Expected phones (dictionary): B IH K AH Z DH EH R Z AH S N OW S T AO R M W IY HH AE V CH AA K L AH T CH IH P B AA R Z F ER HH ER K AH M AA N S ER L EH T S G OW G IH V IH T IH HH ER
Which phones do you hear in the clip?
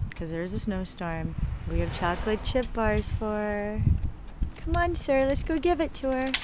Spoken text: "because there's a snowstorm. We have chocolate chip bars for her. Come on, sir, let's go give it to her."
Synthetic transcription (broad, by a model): K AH Z DH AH R Z AH S N OW S T AO R M W IY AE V CH AA K L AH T CH IH P B AA R Z F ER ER K AH M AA N S ER L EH T S G OW G IH V IH T IH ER